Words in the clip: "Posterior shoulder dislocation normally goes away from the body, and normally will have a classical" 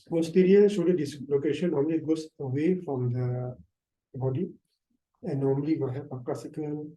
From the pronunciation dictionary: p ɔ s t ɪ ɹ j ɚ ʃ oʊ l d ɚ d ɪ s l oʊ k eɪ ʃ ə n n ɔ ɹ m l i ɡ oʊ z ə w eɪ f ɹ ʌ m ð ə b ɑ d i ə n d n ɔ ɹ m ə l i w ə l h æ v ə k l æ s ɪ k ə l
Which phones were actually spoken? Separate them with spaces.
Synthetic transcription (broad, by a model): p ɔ s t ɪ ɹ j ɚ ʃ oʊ d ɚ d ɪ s l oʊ k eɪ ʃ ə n n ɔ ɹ m l i ɡ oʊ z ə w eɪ f ɹ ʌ m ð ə b ɑ d i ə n n ɔ ɹ m ə l i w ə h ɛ p ə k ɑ s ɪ k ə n